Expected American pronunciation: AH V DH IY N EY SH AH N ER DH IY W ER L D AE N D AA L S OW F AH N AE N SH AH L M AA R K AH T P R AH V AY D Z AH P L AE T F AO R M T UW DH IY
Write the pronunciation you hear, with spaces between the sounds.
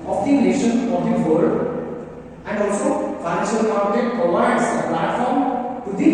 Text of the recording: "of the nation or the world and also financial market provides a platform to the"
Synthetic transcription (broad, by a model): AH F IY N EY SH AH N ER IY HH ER D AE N D AA L S OW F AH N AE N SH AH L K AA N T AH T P R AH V AY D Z AH P L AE T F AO R M T UW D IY